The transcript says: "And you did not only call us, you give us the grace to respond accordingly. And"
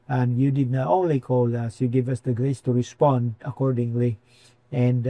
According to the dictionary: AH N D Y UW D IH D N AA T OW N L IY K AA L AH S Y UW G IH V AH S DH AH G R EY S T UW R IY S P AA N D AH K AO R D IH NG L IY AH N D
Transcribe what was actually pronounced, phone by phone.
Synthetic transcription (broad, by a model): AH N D Y UW D IH D N AA T OW N L IY K AA L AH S Y UW G IH V AH S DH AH G R EY S T UW R IY S P AA N D AH K AO R D IH NG L IY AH N D